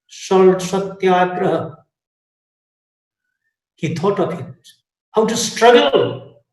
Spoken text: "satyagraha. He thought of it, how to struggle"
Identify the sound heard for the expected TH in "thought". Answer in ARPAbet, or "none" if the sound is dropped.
T